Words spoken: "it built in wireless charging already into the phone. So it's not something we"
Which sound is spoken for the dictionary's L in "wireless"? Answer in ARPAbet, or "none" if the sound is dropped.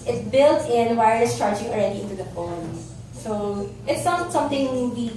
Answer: none